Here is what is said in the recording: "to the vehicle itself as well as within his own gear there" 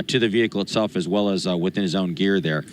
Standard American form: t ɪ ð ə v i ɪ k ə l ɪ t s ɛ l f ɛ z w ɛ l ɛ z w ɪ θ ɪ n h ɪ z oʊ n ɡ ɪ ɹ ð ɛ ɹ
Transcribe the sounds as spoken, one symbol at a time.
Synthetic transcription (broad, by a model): t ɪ ð ə v i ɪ k l ɪ t s ɛ l f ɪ z w ɛ l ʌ z w ɪ θ ɪ n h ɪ z oʊ n ɡ ɪ ɹ ð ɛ ɹ